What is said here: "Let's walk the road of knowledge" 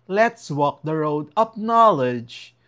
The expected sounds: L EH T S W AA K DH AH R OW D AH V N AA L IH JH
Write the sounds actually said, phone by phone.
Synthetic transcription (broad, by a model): L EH T S W AA K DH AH R OW D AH P N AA L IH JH